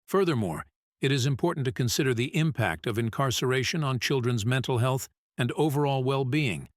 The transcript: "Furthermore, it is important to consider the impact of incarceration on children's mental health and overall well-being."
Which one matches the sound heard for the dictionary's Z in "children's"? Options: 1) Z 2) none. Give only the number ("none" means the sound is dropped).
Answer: 1